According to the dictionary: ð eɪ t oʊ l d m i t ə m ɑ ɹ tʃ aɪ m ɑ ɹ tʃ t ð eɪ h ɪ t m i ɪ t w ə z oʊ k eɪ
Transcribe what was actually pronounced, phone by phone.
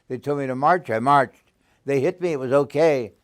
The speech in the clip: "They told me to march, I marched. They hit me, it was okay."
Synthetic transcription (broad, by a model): ð eɪ t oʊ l m i t ə m ɑ ɹ tʃ aɪ m ɑ ɹ tʃ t ð eɪ h ɪ t m i ɪ t w ə z oʊ k eɪ